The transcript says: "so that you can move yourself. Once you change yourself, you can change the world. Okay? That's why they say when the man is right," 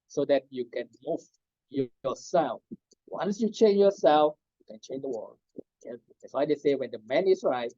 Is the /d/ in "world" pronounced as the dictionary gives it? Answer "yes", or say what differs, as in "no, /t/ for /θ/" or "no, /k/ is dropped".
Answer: no, /d/ is dropped